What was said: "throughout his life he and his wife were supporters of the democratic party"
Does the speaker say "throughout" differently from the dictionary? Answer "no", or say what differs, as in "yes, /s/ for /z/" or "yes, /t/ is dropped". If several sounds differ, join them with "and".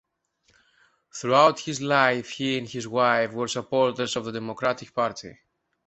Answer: no